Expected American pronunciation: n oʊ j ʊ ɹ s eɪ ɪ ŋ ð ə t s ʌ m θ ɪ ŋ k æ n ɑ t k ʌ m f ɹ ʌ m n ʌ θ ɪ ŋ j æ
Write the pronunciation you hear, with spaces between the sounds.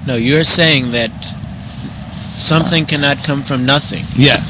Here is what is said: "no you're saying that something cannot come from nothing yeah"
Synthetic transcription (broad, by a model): n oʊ j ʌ ɹ s eɪ ɪ ŋ ð ə t s ʌ m θ ɪ ŋ k æ n ɑ t k ʌ m f ɹ ʌ m n ʌ θ ɪ ŋ j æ